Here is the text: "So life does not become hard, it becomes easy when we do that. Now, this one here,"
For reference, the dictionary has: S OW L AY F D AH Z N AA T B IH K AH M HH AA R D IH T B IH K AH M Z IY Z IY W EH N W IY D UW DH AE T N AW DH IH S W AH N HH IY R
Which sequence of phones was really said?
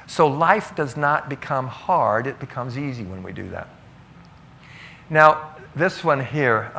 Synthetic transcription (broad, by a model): S OW L AY F D AH Z N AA T B IH K AH M HH AA R D IH T B IH K AH M Z IY Z IY W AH N W IY D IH DH AE T N AW DH IH S W AH N HH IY R